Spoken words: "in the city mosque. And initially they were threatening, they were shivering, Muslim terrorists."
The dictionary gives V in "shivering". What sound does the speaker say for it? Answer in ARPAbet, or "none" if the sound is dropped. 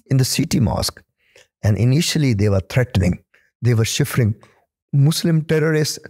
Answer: F